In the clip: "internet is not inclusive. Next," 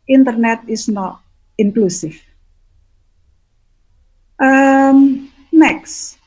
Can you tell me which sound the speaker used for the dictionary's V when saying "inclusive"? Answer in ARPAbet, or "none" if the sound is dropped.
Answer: F